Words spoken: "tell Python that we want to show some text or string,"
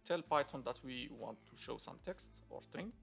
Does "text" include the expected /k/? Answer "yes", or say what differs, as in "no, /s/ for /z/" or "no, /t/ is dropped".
yes